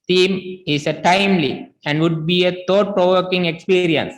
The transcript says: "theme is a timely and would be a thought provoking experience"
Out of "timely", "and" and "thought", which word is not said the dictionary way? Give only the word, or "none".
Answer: thought